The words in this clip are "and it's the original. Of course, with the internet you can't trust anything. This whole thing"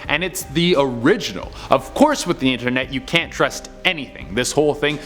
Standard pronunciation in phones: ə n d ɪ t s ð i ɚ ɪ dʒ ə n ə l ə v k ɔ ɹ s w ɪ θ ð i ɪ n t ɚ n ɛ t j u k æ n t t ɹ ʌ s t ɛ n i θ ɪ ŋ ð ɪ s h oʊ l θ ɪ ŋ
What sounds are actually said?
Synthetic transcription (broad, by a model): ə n ɪ t s ð i ɚ ɪ dʒ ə n l ə v k ɔ ɹ s w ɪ ð i ɪ n t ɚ n ɛ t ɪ k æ n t t ɹ ʌ s t ɛ n i θ ɪ ŋ ð ɪ s h oʊ l θ ɪ ŋ